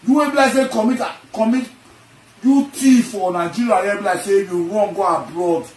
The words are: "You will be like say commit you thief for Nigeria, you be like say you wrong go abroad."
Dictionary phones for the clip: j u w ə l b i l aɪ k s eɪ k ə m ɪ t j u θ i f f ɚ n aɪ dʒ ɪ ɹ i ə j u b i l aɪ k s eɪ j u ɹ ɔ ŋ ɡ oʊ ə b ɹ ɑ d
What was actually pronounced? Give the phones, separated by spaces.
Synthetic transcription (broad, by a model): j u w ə b i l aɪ k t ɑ k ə m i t j u t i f f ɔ n aɪ dʒ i ɹ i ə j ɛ b i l aɪ s eɪ j u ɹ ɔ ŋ ɡ oʊ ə b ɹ ɑ d